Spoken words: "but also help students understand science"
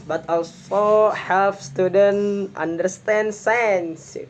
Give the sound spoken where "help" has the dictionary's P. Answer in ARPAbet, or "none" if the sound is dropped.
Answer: F